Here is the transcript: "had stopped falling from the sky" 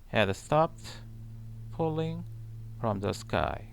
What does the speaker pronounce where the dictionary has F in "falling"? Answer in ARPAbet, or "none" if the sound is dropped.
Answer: P